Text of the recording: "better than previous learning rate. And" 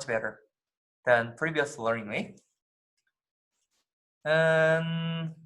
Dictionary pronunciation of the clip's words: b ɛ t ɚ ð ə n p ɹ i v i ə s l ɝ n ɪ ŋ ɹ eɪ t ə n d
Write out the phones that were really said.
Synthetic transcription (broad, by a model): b ɛ t ɚ ð ə n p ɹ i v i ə s l ɝ n ɪ ŋ l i ə n